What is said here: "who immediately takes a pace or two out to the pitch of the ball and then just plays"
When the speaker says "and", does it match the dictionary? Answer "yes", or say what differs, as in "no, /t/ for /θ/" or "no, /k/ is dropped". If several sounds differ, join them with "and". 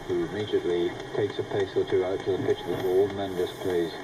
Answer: no, /l/ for /n/